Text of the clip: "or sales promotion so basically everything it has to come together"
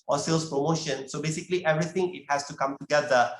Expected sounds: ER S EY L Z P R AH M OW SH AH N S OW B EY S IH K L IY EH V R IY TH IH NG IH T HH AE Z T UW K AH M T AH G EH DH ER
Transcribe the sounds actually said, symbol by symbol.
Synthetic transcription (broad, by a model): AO S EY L S P R AH M OW SH AH N S OW B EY S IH K L IY EH V R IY T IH NG IH T HH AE S T UW K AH M T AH G EH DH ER